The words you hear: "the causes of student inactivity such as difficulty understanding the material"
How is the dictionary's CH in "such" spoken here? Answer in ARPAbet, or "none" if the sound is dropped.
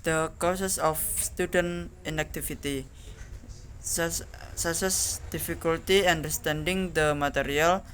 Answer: S